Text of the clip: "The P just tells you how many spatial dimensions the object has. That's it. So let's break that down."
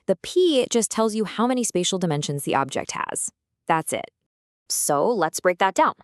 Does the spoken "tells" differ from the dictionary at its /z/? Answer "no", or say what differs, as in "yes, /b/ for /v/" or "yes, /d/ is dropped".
no